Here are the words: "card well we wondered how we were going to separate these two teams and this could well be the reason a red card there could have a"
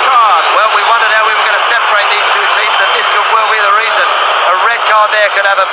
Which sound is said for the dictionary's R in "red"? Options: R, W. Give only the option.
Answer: R